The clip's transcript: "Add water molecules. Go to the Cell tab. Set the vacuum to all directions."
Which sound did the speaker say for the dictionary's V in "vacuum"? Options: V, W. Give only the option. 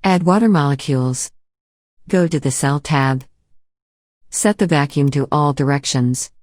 V